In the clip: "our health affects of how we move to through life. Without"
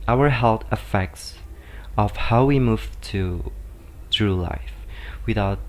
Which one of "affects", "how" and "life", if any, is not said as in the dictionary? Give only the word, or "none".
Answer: none